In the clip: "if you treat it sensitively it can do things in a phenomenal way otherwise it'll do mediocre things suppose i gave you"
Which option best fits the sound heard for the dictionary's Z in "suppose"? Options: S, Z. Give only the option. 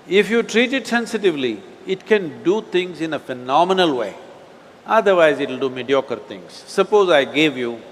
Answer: Z